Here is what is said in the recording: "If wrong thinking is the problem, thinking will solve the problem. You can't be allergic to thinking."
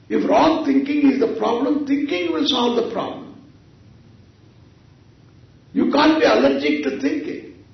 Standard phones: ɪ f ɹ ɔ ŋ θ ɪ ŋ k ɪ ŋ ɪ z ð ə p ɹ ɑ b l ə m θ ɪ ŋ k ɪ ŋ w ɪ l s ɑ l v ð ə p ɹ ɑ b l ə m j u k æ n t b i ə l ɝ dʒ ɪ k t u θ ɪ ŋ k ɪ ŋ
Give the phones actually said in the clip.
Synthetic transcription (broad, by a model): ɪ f ɹ ɔ ŋ t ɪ ŋ k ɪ ŋ ɪ z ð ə p ɹ ɑ b l ə m t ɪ ŋ k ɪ ŋ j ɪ l s ɑ l v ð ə p ɹ ɑ b l ə m j u k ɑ n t b i ə l ɝ dʒ ɪ k t u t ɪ ŋ k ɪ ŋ